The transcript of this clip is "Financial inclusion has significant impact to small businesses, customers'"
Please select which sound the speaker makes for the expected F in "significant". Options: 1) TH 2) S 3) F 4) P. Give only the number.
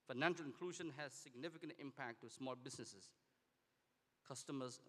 3